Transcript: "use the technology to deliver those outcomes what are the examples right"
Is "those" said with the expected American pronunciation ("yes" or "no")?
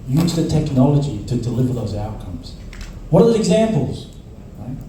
yes